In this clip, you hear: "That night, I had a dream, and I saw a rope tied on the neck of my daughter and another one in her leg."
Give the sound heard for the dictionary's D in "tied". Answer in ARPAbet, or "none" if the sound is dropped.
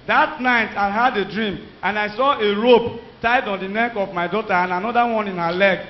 D